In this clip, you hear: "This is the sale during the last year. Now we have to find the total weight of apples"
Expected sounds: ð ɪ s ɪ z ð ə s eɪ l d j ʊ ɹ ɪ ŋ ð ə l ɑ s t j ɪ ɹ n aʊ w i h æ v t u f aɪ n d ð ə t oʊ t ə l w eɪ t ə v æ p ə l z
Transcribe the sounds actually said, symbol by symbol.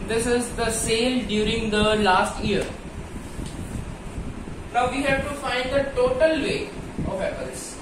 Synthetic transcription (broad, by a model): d ɪ s ɪ z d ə s eɪ l d j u ɹ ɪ ŋ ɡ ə l ɑ s t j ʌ ɹ n aʊ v i h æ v t u f aɪ n d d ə t oʊ t ə l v eɪ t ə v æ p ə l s